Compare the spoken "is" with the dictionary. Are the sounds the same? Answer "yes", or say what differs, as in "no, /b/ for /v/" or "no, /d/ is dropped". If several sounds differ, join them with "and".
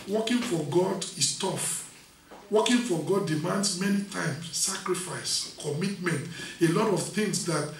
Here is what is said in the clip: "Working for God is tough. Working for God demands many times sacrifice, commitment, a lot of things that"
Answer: no, /s/ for /z/